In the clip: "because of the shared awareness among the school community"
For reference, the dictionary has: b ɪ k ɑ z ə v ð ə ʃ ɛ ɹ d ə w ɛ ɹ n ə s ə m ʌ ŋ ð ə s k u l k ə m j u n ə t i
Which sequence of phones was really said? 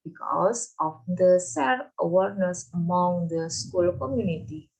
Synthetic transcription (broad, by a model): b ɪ k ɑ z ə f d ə s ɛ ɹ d ə w ɛ ɹ n ə s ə m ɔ ŋ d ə s k u l k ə m j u n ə t i